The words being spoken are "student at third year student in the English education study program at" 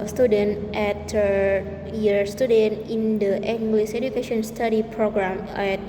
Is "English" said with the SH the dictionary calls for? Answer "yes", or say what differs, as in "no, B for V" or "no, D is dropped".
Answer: no, S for SH